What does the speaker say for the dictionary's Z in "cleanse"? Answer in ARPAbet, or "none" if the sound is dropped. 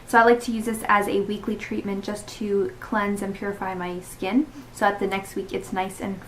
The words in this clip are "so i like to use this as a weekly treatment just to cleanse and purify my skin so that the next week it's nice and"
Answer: Z